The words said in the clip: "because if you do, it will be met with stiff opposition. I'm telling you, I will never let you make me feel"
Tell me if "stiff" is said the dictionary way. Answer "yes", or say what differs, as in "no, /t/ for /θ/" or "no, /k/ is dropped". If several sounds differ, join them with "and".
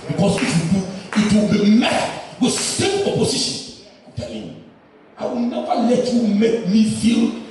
no, /p/ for /f/